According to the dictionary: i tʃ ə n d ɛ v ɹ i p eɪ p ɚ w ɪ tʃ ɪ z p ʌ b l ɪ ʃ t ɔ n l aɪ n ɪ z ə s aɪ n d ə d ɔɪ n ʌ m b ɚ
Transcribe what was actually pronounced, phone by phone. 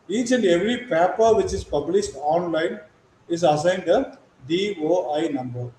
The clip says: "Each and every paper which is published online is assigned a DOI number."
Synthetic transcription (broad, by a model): i tʃ ə n d ɛ v ɹ i p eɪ p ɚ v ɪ tʃ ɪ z p ʌ b l ɪ ʃ t ɔ n l aɪ n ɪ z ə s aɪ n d ə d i n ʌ m b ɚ